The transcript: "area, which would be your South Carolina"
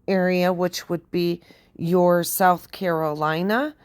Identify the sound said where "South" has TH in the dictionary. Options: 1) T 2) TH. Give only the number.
2